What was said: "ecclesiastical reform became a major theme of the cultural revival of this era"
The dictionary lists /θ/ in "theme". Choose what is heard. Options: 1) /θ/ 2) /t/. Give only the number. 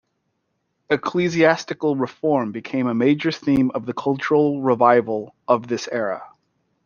1